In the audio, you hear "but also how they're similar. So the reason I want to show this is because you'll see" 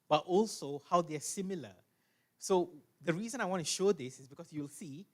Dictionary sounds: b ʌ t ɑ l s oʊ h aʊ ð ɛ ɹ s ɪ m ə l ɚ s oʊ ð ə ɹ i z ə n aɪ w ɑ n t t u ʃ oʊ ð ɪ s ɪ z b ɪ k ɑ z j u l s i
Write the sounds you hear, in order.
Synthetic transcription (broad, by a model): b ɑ t ɑ l s oʊ h aʊ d ɛ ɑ s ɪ m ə l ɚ s oʊ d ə ɹ i z ə n aɪ w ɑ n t t u ʃ oʊ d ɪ s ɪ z b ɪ k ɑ s j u l s i